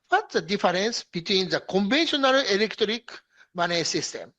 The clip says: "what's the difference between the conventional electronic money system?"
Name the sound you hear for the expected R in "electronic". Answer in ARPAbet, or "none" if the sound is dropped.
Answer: none